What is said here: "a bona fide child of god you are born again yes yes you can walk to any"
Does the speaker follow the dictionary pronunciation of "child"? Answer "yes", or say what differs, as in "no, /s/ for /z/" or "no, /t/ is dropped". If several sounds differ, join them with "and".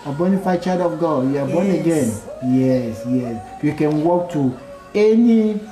no, /l/ is dropped